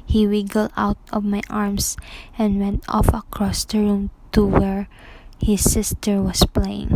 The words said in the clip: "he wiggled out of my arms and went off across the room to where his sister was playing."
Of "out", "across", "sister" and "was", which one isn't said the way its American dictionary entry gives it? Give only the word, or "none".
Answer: was